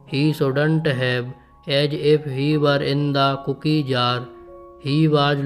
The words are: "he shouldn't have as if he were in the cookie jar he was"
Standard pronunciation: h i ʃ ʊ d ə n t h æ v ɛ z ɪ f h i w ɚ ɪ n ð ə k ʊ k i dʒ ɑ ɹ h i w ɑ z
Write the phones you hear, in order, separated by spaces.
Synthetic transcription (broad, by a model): h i s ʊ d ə n t h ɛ b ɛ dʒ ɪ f h i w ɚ ɪ n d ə k ʊ k i dʒ ɑ ɹ h i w ɑ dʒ